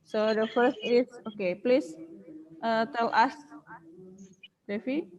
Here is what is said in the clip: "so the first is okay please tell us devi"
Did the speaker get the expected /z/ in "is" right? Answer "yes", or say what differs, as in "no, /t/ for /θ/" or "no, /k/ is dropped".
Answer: no, /s/ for /z/